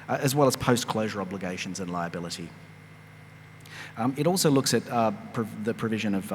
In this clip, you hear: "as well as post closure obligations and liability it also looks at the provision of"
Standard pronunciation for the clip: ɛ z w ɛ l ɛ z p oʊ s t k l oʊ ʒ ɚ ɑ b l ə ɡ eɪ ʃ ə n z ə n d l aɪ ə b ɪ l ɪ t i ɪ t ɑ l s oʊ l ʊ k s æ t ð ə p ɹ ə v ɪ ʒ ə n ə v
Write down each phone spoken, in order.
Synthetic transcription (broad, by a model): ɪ z w ɛ l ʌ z p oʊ s k l oʊ ʒ ɚ ɑ b l ə ɡ eɪ ʃ ə n z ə n l aɪ ə b ɪ l ɪ t i ɪ t ɑ l s oʊ l ʊ k s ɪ t ð ə p ɹ ə v ɪ ʒ ə n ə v